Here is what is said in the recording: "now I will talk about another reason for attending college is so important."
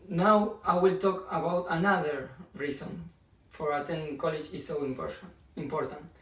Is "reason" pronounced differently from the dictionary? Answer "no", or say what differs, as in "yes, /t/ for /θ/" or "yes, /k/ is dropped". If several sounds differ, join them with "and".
yes, /s/ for /z/